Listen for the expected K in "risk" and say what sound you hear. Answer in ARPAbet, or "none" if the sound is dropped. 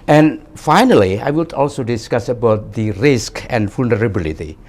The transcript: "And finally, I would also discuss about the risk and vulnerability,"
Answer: K